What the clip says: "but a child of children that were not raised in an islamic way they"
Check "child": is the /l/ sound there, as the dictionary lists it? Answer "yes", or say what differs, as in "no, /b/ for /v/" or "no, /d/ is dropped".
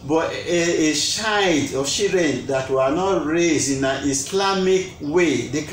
no, /l/ is dropped